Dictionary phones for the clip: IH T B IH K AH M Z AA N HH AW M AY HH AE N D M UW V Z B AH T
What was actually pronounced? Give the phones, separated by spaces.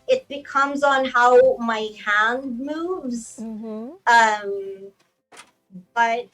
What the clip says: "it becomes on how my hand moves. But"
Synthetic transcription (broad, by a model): IH T B IH K AH M Z N HH AW M AY HH AE N D M UW V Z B AH T